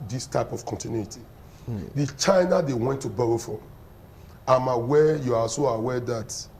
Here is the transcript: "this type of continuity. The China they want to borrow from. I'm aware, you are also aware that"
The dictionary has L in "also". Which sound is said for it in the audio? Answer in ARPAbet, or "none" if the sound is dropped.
none